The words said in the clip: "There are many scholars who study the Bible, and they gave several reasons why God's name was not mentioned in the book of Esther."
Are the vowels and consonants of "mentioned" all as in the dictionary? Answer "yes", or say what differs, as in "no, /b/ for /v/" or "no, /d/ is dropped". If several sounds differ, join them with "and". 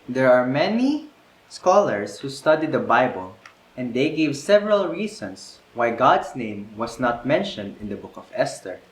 yes